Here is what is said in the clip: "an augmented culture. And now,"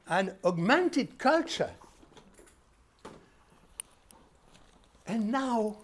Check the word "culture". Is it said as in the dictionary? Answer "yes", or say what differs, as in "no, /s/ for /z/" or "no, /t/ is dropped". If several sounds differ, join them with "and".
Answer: yes